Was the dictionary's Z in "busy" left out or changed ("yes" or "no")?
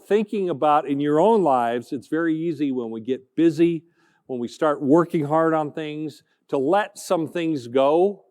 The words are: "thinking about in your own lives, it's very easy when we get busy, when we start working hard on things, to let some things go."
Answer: no